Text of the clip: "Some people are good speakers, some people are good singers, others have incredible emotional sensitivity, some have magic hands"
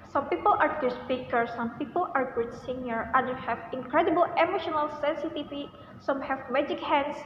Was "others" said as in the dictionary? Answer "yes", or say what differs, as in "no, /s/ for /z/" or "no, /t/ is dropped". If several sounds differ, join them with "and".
no, /z/ is dropped